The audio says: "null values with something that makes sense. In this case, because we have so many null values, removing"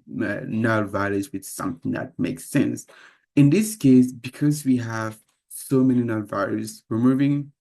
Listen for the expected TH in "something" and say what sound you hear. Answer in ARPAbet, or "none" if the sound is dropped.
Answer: TH